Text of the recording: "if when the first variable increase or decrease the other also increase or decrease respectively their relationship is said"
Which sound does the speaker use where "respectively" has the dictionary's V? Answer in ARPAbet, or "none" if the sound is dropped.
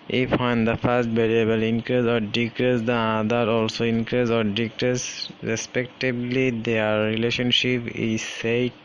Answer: B